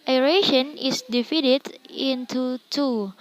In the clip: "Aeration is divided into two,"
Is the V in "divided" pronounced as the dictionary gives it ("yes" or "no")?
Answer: no